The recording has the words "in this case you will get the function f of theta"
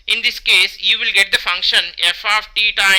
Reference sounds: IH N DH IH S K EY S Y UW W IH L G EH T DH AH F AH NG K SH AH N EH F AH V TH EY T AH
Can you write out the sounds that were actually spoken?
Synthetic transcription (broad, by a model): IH N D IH S K EY S Y UW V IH L G EH T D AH F AH NG K SH AH N EH F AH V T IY T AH